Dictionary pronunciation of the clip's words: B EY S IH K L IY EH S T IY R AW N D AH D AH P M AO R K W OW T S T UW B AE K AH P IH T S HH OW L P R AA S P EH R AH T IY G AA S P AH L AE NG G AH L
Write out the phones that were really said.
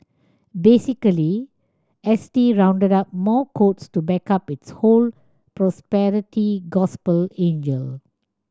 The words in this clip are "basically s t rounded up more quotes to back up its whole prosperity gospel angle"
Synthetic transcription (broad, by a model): B EY S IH K L IY EH S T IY R AW N D AH D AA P M AO K OW T S T UW B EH K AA P IH T S HH OW L P R AA S P EH R AH T IY G AA S P AH L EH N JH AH L